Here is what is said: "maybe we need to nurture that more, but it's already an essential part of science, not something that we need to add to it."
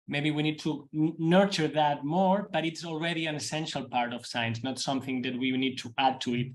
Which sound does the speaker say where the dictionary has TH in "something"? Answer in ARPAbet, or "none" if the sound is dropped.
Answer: TH